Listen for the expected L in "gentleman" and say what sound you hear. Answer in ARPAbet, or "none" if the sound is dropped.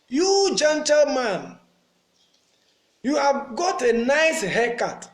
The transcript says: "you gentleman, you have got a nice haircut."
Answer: L